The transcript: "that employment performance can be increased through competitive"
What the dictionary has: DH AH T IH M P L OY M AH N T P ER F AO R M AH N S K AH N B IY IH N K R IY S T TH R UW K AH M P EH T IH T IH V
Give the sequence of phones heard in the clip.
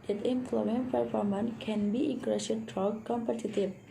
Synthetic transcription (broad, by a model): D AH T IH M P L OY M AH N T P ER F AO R M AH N K AH N B IY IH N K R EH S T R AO K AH M P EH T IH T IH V